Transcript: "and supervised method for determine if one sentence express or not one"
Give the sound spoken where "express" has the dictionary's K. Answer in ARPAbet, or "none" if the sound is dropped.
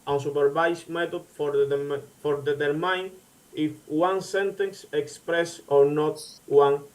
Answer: K